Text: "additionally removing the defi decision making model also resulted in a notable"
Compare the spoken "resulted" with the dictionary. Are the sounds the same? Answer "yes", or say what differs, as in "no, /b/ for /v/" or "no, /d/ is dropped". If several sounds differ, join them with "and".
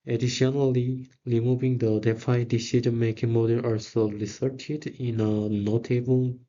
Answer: no, /s/ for /z/